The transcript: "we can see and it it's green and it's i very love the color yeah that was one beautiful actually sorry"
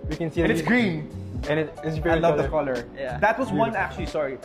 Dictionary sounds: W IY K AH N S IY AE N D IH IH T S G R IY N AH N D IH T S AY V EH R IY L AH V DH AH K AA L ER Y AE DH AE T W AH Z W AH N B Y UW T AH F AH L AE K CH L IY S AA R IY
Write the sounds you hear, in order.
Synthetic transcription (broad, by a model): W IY K AH N S IY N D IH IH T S G R IY N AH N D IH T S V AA IY L AH V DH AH K AA L ER Y AE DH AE T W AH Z W AH N AE K CH L IY S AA R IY